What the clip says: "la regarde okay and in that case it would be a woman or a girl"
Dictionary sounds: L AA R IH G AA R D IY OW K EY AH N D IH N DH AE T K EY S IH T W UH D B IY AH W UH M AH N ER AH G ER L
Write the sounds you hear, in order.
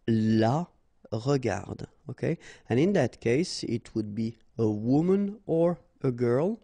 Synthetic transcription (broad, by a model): L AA R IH G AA R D OW K EY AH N IH N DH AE T K EY S IH T W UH D B IY AH W UH M AH N ER AH G ER L